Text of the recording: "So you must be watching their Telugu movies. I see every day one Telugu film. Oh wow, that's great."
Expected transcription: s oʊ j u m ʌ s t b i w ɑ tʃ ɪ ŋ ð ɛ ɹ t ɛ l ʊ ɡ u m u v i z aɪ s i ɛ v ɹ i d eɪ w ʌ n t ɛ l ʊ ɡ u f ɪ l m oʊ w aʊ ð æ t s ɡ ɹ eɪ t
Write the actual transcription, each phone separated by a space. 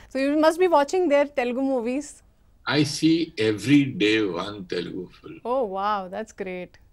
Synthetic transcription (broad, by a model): s oʊ j u m ʌ s t b i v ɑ tʃ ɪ ŋ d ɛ ɹ t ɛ l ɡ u m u v i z aɪ s i ɛ v ɹ i d eɪ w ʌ n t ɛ l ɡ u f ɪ l oʊ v aʊ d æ t s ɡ ɹ eɪ t